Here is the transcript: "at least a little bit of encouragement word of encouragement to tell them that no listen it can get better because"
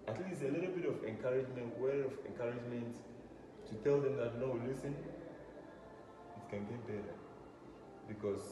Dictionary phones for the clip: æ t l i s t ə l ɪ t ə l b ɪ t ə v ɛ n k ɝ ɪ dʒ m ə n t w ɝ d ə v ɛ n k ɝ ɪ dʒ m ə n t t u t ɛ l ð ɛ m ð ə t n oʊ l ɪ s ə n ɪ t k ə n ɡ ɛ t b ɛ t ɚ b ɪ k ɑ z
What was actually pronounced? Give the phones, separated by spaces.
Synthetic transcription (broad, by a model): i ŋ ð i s ə l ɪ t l b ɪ t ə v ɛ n k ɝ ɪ dʒ m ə n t w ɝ ə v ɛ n k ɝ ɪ dʒ m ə n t t u t ɛ l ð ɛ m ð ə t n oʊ l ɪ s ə n ɪ t k ə n ɡ ɛ t b ɛ t ɚ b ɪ k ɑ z